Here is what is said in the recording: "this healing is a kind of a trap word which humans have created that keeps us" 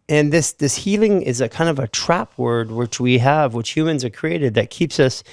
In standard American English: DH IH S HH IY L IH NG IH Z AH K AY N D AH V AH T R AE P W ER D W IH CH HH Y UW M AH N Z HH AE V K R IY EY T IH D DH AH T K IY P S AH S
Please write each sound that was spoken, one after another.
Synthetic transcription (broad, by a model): DH IH S HH IY L IH NG IH Z AH K AY N D AH V AH T R AE P W ER D W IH CH HH Y UW M AH N Z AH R K R IY EY T IH D DH AH T K IY P S AH S